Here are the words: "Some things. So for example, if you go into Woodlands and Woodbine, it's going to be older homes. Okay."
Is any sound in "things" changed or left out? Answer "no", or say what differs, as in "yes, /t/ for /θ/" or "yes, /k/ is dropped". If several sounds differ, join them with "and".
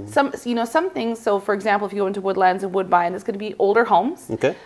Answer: no